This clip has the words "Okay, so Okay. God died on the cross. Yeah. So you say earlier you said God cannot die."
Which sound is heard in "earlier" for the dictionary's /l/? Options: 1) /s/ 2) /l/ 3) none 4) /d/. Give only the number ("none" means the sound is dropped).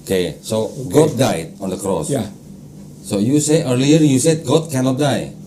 2